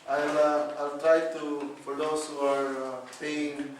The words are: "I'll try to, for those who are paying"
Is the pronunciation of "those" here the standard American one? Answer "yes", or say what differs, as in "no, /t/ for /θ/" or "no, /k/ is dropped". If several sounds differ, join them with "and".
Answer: no, /s/ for /z/